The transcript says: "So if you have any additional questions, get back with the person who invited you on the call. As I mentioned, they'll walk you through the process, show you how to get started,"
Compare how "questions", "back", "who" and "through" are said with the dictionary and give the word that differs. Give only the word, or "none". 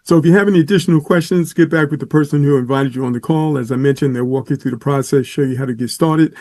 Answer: none